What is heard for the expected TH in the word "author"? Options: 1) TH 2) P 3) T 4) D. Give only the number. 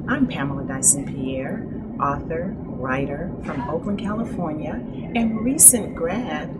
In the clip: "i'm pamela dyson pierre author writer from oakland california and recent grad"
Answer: 1